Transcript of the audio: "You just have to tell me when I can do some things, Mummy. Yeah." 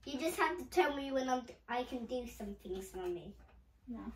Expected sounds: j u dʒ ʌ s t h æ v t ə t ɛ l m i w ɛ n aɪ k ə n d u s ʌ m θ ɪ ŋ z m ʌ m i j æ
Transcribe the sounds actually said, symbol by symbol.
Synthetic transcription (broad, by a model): j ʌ dʒ ʌ s t h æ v t ə t ɛ l m i w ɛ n aɪ k ə n d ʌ s ʌ m θ ɪ ŋ z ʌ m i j